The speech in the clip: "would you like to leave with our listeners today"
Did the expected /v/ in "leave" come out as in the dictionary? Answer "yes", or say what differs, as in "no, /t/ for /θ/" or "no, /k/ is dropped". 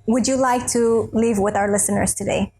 yes